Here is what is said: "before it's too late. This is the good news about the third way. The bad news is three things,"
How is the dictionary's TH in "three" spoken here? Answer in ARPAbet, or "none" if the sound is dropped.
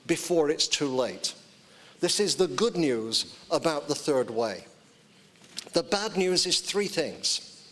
TH